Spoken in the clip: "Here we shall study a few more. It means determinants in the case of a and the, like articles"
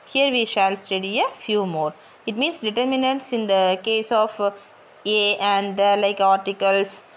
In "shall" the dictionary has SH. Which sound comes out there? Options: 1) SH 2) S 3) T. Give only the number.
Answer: 1